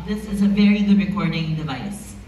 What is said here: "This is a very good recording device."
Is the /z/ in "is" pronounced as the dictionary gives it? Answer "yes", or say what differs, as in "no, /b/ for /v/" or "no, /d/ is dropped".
yes